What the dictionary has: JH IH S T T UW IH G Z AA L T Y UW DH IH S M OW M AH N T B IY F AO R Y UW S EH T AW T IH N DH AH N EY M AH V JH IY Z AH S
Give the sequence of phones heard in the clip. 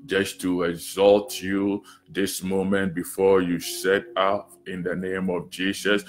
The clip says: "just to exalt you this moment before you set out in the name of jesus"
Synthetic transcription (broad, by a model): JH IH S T T UW IH G Z AA L T Y UW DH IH S M OW M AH N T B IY F AO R Y UW S EH T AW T IH N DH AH N EY M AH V JH IY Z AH S